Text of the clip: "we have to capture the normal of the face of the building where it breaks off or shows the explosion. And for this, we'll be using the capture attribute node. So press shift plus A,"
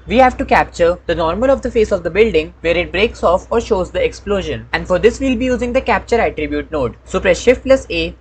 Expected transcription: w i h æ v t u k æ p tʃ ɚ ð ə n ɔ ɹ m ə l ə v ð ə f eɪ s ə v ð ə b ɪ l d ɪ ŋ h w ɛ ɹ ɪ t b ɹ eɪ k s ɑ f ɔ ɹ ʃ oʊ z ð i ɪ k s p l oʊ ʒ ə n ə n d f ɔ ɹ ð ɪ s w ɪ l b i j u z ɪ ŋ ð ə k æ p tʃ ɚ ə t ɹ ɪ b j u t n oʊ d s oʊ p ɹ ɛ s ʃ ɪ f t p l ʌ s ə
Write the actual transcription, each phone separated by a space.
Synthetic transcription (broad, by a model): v i h æ v t u k æ p tʃ ɚ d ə n ɔ ɹ m ə l ə v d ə f eɪ s ə v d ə b ɪ l d ɪ ŋ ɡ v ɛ ɹ ɪ t b ɹ eɪ k s ɑ f ɔ ɹ ʃ oʊ z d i ɪ k s p l oʊ ʒ ə n ə n d f ɔ ɹ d ɪ s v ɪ l b i j u z ɪ ŋ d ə k æ p tʃ ɚ ə t ɹ ɪ b j u t n oʊ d s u p ɹ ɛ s ʃ ɪ f t l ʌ s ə